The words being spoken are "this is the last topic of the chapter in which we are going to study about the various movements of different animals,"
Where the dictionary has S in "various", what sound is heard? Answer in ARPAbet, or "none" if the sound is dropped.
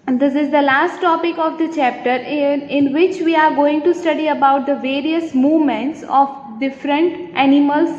S